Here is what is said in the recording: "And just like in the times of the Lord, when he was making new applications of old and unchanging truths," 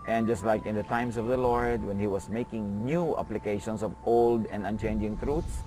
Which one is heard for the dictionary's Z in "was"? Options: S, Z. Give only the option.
S